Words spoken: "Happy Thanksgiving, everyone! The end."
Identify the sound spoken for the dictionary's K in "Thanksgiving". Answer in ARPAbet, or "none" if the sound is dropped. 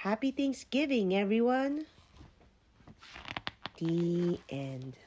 none